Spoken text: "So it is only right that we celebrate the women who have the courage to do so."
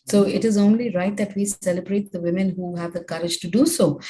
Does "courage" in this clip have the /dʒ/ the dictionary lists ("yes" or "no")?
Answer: yes